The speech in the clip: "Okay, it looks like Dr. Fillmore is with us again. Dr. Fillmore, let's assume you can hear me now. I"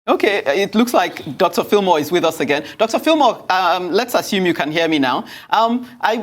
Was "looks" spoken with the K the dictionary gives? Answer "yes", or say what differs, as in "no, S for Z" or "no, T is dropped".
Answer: yes